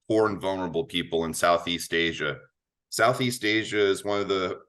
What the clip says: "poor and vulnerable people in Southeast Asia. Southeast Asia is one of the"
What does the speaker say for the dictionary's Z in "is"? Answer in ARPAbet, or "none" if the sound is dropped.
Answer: Z